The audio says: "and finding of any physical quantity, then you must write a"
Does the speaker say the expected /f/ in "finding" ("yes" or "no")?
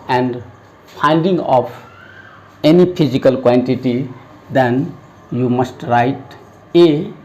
no